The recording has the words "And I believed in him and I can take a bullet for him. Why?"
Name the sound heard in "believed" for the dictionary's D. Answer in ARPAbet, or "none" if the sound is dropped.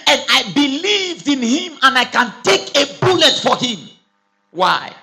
D